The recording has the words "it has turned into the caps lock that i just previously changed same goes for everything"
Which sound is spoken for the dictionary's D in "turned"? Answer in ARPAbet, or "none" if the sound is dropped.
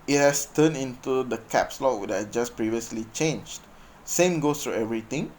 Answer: none